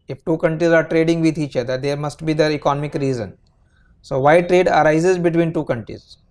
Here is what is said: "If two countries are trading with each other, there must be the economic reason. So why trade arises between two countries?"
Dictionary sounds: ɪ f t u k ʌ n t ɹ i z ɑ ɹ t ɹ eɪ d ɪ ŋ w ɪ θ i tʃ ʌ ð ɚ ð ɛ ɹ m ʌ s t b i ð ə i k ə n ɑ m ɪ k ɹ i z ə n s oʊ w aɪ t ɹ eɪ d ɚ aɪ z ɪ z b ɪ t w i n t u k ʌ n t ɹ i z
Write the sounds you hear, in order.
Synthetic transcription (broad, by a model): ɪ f t u k ʌ n t ɹ i z ɑ ɹ t ɹ eɪ d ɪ ŋ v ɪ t i tʃ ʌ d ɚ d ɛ ɹ m ʌ s t b i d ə i k ə n ɑ m ɪ k ɹ i z ə n s oʊ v aɪ t ɹ eɪ d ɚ aɪ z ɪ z b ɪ t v i n t u k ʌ n t ɹ i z